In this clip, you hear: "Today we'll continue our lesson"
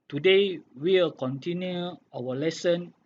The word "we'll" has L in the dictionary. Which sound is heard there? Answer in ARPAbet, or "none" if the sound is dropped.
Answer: W